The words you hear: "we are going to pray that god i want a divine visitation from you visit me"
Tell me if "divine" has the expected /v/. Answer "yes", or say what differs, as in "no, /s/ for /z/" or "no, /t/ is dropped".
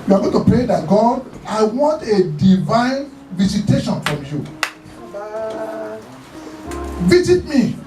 yes